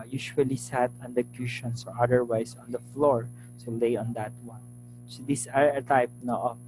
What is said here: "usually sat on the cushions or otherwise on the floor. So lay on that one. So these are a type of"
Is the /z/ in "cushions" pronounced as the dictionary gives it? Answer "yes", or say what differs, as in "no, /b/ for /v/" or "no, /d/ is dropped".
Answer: no, /s/ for /z/